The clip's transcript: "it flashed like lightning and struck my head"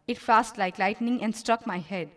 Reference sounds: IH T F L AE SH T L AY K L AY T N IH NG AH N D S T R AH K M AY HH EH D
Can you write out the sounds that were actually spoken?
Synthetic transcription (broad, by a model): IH T F AE S T L AY K L AY T N IH NG AH N D S T R AH K M AY HH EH D